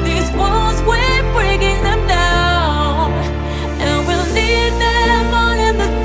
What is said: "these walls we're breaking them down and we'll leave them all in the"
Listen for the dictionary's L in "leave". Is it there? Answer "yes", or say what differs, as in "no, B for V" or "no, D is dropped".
no, N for L